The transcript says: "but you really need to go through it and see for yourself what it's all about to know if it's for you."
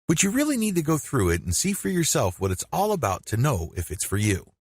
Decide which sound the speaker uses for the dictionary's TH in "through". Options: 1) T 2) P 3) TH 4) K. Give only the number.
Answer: 3